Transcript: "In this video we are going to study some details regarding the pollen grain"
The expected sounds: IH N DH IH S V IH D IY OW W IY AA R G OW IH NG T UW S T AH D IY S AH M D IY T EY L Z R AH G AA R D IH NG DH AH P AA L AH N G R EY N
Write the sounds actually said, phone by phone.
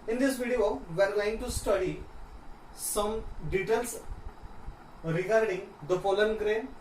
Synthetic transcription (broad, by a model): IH N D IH S V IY D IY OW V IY AA R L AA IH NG T UW S T AH D IY S AH M D IY T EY L S R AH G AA R D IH NG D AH F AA L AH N G R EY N